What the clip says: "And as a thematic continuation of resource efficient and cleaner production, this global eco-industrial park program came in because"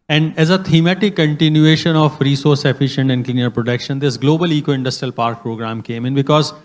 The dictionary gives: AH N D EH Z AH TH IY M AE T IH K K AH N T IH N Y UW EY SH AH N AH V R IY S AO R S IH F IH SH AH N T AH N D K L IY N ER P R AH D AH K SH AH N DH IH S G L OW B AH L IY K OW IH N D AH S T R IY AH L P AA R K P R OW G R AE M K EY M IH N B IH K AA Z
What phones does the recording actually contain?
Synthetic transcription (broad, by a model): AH N D EH Z AH T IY M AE T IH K K AH N T IH N Y UW EY SH AH N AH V R IY S AO R S IH F IH SH AH N T AH N D K L IY N ER P R AH D AH K SH AH N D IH S G L OW B AH L IY K OW IH N D AH S T R IY AH L P AA R K P R OW G R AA M K EY M IH N B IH K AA Z